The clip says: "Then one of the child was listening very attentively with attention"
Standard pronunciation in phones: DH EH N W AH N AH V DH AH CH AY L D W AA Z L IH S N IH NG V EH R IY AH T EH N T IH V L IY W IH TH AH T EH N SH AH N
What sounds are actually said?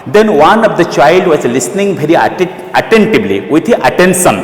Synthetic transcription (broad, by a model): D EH N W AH N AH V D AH CH AY L D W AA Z L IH S N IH NG B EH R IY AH T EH N T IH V L IY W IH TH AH T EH N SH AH N